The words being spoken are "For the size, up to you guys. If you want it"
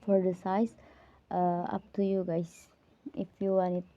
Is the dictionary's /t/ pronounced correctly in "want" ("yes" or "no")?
no